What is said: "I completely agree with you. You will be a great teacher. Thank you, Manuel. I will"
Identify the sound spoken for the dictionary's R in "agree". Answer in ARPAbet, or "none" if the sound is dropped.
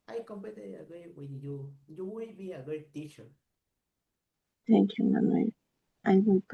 none